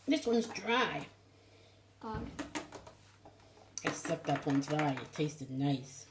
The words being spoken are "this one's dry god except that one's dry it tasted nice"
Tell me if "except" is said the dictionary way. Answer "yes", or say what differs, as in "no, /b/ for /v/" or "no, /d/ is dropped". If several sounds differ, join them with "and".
no, /k/ is dropped